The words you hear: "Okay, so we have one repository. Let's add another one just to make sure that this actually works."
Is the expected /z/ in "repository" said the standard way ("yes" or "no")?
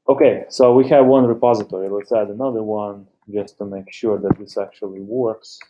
yes